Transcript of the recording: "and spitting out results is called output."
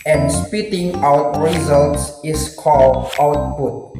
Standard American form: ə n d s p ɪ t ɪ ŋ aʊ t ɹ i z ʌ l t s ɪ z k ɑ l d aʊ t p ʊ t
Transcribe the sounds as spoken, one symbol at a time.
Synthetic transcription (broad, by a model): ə n s p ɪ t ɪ ŋ aʊ t ɹ i z ʌ l t s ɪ s k ɑ l d aʊ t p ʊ t